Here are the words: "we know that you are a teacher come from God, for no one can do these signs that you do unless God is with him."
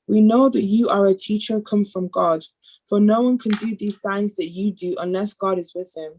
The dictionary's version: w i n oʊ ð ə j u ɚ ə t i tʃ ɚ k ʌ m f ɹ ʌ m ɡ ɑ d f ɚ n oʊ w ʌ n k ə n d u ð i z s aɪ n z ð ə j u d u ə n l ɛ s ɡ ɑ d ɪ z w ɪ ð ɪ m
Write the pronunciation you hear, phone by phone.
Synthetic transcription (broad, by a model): w i n oʊ ð ə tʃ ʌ ɚ ə t i tʃ ɚ k ʌ m f ɹ ʌ m ɡ ɑ d f ɚ n oʊ w ʌ n k ə n d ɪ ð i z s aɪ n z ð ə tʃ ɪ d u ə n l ɛ s ɡ ɑ d ɪ z w ɪ ð ɪ m